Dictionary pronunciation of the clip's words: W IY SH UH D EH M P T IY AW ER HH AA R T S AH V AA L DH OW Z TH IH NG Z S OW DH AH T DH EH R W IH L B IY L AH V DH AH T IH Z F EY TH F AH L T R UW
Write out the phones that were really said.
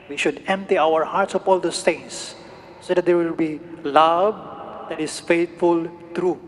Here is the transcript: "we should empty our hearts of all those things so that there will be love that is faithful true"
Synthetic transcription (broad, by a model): W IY SH UH D EH M P T IY AW ER HH AA R T S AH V AA L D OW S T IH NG S OW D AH T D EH R W IH L B IY L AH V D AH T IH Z F EY T F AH L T R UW